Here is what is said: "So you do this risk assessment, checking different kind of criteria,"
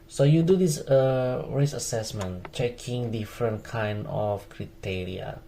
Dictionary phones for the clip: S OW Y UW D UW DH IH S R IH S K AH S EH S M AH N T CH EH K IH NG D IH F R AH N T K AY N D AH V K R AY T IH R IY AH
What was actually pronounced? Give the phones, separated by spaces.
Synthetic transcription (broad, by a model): S OW Y UW D UW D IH S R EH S AH S EH S M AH N CH EH K IH NG D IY F R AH N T K AY N D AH F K R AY T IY R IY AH